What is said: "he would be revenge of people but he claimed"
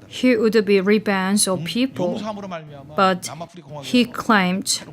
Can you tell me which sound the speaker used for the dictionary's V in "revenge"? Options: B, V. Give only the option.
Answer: B